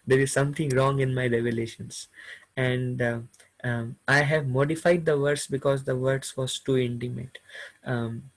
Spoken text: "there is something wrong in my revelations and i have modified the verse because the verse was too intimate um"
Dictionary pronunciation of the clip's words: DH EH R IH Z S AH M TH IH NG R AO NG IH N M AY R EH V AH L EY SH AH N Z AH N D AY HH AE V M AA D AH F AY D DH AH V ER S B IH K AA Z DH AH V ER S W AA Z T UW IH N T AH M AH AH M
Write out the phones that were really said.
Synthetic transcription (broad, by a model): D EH R IH Z S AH M T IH NG R AO NG IH N M AY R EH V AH L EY SH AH N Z AH N D AY HH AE V M AA D AH F AY D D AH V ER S B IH K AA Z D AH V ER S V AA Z T UW IH N T AH M AH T